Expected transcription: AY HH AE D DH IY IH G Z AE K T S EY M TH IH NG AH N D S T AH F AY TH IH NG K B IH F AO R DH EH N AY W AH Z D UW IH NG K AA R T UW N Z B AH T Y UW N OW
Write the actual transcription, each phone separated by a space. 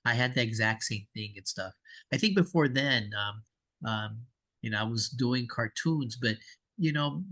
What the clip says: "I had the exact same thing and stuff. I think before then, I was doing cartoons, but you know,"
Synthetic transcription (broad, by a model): AY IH D DH IY IH G Z AE K T S EY M TH IH NG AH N S T AH F AY TH IH NG K B IH F AO R DH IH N AY W AH Z D UW IH NG K AA R T UW N Z B AH T Y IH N OW